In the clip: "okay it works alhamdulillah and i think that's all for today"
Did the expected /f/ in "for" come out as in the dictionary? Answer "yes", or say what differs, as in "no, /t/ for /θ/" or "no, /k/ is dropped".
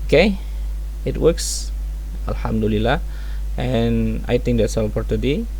no, /p/ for /f/